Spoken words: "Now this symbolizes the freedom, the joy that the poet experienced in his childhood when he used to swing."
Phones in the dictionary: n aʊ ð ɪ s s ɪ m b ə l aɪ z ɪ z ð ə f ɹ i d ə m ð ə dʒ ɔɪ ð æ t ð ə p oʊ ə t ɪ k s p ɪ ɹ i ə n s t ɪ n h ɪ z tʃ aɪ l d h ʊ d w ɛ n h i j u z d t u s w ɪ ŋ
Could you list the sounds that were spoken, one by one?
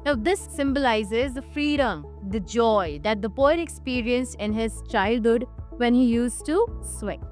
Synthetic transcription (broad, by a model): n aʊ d ɪ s s ɪ m b ə l aɪ z ɪ z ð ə f ɹ i d ə m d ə dʒ ɔɪ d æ t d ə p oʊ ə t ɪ k s p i ɹ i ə n s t ɪ n h ɪ z tʃ aɪ l d h ʊ d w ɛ n h i j u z t u s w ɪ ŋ